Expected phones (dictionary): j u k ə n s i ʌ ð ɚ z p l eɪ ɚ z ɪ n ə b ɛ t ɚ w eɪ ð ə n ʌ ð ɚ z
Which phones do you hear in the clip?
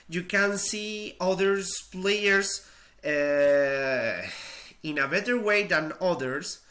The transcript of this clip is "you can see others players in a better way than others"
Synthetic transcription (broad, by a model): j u k ə n s i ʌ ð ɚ s p l eɪ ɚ s ɪ n ə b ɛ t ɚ w eɪ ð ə n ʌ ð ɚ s